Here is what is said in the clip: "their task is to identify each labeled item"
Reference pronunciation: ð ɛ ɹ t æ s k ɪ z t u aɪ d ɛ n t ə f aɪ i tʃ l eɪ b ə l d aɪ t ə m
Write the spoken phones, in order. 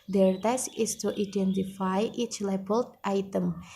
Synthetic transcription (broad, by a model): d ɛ ɹ t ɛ s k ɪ s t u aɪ d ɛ n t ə f aɪ i tʃ l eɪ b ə l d aɪ t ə m